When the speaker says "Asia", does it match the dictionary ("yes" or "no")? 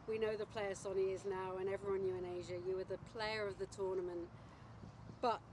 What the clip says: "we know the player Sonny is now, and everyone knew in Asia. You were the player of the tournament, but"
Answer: yes